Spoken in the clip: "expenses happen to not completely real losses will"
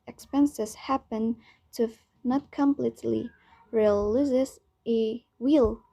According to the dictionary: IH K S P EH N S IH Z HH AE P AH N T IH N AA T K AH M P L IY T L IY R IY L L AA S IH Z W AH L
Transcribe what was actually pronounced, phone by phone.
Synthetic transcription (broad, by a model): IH K S P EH N S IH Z HH AE P AH N T IH N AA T K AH M P L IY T L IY R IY L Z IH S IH W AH L